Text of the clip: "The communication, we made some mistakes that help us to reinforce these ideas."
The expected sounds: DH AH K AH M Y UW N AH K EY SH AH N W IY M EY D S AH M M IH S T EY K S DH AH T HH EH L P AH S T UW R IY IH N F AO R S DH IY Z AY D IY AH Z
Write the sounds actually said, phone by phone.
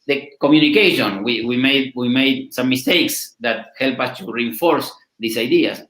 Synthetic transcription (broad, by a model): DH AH K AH M Y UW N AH K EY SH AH N W IY M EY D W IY M M IH S T EY K S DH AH T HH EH L P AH S T UW R IY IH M F AO R S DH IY S AY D IY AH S